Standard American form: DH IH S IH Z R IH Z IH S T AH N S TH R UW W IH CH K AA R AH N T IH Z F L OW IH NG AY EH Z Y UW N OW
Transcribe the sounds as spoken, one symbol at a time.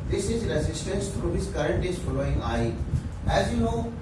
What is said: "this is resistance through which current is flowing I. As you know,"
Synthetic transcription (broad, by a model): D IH S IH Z R IH Z IH S T AH N S T R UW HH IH S K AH R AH N T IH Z F L OW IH NG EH EH Z Y UW N OW